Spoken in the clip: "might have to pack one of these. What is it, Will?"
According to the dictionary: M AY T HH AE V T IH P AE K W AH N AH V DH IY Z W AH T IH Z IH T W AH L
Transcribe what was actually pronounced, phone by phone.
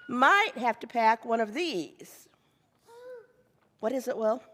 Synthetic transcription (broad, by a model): M AY T HH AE F T IH P AE K W AH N AH V DH IY Z W AH T IH Z IH T W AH L